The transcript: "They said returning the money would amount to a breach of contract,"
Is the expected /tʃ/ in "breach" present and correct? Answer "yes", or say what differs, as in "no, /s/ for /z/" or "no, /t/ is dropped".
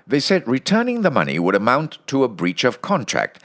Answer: yes